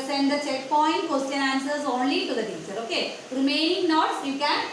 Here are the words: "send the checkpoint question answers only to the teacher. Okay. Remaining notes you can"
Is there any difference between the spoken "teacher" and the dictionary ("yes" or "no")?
yes